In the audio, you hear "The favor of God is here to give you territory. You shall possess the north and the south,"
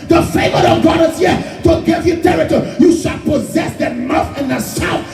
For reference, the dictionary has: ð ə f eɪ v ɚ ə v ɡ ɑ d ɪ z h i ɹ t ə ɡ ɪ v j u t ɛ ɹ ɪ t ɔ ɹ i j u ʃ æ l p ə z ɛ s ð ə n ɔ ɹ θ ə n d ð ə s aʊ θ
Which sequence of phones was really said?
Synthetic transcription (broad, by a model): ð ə f eɪ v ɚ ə ɡ ɑ d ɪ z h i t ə ɡ ɪ v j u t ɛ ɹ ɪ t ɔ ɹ j u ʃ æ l p ə z ɛ s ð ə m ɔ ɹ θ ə n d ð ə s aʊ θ